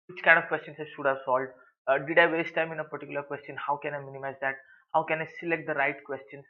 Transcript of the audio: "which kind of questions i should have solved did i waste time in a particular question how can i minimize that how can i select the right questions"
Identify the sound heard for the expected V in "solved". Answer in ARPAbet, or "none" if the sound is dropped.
none